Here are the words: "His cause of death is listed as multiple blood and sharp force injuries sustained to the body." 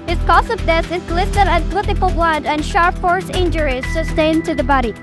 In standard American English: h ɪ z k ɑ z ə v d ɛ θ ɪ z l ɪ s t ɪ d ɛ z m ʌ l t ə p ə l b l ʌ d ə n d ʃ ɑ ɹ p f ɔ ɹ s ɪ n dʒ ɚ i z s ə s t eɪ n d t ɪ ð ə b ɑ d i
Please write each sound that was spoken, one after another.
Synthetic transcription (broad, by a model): h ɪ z k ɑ s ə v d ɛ s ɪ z l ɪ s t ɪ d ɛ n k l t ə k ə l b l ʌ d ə n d ʃ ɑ ɹ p f ɔ ɹ s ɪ n dʒ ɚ i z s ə s t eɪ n t ɪ ð ə b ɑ d i